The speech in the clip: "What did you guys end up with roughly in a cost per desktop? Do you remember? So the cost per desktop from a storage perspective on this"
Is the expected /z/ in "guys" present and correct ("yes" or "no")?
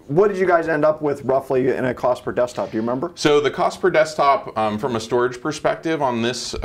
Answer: yes